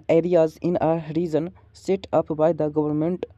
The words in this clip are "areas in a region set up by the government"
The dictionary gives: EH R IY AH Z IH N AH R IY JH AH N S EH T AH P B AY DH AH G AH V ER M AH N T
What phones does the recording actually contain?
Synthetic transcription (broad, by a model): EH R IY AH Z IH N AH R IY Z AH N S EH T AH P B AY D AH G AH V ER M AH N T